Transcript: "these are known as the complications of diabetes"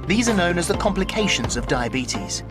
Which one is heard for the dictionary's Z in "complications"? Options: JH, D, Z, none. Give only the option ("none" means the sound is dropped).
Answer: Z